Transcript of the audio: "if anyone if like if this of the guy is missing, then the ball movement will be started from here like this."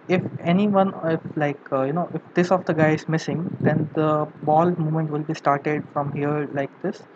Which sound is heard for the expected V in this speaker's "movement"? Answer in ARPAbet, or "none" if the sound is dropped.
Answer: none